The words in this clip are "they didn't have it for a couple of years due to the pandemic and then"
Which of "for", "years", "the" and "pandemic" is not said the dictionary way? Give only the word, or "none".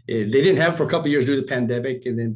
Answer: none